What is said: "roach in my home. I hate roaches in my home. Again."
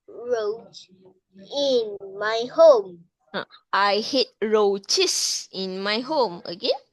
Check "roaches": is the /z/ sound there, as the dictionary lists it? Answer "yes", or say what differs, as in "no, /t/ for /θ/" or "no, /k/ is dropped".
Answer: no, /s/ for /z/